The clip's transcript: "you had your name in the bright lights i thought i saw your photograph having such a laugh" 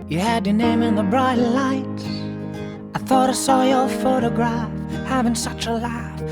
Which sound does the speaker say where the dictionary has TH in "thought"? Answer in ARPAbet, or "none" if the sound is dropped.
TH